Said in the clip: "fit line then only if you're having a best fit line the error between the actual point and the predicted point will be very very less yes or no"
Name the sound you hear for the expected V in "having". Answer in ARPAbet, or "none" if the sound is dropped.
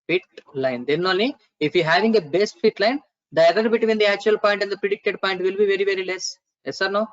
V